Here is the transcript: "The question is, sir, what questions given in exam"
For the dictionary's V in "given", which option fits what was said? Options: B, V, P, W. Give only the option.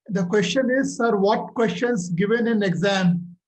V